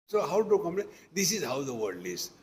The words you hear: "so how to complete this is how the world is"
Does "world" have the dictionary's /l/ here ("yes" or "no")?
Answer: no